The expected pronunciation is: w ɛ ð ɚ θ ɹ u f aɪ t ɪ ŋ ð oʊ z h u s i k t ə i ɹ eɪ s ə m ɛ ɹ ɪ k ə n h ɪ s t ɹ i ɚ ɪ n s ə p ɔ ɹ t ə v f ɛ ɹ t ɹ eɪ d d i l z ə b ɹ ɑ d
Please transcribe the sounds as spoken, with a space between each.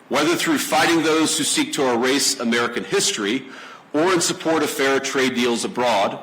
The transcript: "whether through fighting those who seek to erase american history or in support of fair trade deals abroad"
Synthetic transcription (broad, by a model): w ɛ ð ɚ θ ɹ u f aɪ t ɪ ŋ ð oʊ z h u s i k t ə i ɹ eɪ s ə m ɛ ɹ ɪ k ə n h ɪ s t ɹ i ɚ ɪ n s ə p ɔ ɹ t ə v f ɛ ɹ t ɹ eɪ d d i l z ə b ɹ ɑ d